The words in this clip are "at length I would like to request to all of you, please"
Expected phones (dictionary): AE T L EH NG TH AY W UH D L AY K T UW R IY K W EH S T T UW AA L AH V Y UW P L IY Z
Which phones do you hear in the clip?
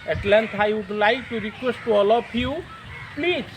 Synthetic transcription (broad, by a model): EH T L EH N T AY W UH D L AY K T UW R IY K W EH S T T UW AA L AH P Y UW P L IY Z